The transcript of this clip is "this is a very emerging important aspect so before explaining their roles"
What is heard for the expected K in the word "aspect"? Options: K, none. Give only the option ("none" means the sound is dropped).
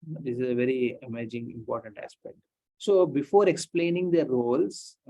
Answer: K